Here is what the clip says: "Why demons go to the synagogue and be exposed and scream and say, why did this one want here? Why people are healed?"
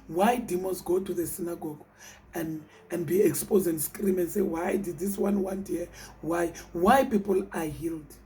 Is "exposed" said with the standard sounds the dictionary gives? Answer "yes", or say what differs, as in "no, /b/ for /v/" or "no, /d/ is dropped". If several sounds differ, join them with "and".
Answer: no, /d/ is dropped